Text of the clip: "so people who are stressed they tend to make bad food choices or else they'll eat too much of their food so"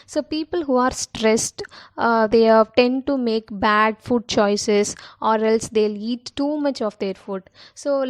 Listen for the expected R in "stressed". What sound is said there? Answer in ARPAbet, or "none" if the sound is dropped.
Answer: R